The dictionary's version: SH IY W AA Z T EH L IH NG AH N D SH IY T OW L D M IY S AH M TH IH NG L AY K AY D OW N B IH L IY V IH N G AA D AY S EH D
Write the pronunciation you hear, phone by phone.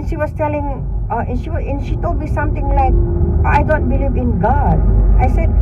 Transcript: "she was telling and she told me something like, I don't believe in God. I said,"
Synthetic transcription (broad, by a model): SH IY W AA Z T EH L IH NG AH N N SH IY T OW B IY S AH M T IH NG L AY K AY D OW N B IH L IY V IH N G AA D AY S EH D